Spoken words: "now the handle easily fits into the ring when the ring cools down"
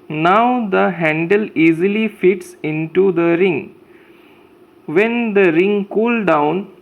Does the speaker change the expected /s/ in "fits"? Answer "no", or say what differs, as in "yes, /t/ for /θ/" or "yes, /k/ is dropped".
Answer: no